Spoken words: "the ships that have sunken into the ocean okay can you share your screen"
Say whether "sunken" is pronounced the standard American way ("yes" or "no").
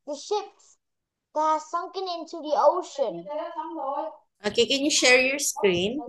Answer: yes